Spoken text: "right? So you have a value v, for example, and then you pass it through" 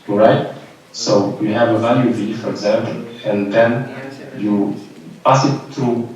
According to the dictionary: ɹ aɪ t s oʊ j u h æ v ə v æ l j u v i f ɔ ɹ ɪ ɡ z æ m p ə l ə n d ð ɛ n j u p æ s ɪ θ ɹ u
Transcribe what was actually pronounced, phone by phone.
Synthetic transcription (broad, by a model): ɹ aɪ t s oʊ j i h æ v ə v æ l j u v i f ɔ ɹ ɪ ɡ z æ m p ə l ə n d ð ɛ n j u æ s ɪ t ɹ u